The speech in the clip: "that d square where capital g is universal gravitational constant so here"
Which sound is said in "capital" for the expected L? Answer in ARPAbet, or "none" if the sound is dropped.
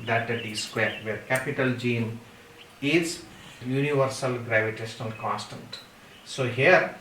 L